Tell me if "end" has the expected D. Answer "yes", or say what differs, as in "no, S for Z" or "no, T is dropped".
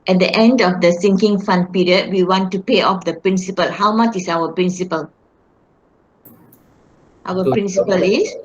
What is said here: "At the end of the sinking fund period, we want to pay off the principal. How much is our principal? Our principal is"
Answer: yes